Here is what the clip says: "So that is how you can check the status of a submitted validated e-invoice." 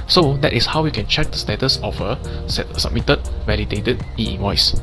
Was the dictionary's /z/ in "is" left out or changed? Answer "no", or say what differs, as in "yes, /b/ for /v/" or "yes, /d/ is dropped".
yes, /s/ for /z/